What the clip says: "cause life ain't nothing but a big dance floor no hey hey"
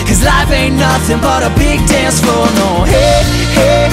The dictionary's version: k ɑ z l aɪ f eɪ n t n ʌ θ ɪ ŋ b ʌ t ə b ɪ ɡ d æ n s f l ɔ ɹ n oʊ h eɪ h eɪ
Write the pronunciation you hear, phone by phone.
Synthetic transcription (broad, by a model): k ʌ z l aɪ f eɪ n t n ʌ θ ɪ ŋ b ʌ t ə b ɪ ɡ d æ n s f ɔ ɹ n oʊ h eɪ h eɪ